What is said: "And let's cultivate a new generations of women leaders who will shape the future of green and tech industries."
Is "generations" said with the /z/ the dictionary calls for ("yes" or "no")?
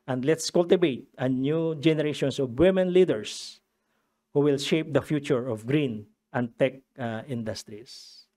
no